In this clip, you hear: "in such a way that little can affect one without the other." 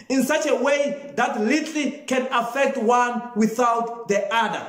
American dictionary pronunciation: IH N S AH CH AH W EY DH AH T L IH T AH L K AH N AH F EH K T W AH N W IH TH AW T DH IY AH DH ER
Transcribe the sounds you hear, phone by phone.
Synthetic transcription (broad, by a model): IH N S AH CH AH W EY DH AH T L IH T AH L K AH N AH F EH K T W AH N W IH TH AW T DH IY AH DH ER